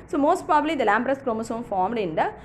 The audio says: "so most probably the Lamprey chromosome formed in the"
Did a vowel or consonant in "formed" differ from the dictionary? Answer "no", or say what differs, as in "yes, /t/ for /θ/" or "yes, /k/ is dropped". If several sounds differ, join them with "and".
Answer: no